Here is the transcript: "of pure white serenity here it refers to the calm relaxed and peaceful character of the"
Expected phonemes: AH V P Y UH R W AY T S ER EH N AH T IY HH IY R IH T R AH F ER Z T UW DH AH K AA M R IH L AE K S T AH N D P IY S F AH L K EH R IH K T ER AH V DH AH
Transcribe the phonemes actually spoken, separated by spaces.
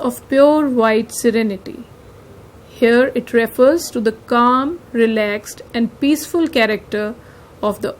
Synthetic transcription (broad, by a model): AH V P Y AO R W AY T S ER EH N AH T IY HH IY R IH T R AH F ER Z T UW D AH K AA M R IH L AE K S T AH N D P IY S F AH L K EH R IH K T ER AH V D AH